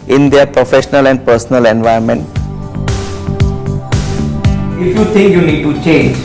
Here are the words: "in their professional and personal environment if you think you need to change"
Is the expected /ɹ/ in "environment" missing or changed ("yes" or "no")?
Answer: yes